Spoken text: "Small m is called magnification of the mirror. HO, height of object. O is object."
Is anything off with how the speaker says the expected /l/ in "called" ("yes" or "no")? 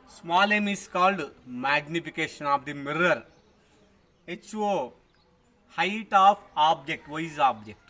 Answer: no